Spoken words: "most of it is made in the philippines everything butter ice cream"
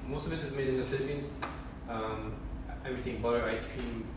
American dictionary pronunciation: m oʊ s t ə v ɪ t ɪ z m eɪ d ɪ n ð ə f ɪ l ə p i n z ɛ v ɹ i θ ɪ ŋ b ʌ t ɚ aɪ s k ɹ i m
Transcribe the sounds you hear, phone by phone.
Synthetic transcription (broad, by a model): m oʊ s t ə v ɪ t ɪ z m eɪ d ɪ n ð ə f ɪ l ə p i n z ɛ v ɹ i θ ɪ ŋ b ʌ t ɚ aɪ s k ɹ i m